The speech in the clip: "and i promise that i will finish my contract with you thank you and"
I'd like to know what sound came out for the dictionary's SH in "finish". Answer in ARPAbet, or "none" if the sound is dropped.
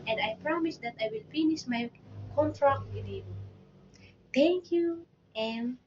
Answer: S